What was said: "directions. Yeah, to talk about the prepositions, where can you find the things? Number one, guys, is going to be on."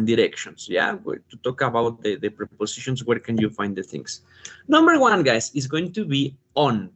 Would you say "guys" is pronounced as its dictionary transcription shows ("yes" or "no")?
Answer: no